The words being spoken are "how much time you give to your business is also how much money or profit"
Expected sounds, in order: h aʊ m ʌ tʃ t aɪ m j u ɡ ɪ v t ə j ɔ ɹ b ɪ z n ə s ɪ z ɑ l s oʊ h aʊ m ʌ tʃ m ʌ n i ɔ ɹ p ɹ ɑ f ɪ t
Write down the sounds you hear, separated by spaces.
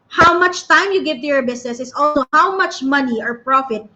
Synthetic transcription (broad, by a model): h aʊ m ʌ tʃ t aɪ m j u ɡ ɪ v t ə j ɔ ɹ b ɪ s n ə s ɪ s ɑ l s oʊ h aʊ m ʌ tʃ m ʌ n i ɔ ɹ p ɹ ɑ f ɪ t